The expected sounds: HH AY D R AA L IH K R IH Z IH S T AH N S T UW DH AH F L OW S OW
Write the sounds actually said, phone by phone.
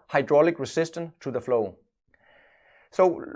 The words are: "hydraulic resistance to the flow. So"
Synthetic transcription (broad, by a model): HH AY D R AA L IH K R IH S IH S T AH N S T UW DH AH F L OW S OW